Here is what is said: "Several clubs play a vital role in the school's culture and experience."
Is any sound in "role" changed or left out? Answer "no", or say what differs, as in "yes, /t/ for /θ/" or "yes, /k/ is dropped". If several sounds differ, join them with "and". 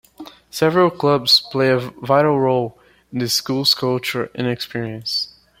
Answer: no